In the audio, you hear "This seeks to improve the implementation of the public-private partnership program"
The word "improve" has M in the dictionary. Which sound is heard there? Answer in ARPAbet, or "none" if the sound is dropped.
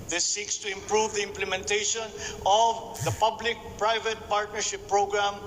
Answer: M